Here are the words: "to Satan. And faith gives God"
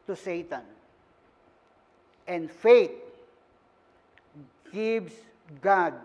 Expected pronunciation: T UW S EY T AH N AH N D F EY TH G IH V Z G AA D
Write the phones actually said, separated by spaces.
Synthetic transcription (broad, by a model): T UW S EY T AH N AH N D F EY T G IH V S G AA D